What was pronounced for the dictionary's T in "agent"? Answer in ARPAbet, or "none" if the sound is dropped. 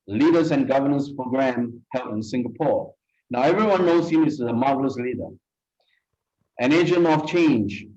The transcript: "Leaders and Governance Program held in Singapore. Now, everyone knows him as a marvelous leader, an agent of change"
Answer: none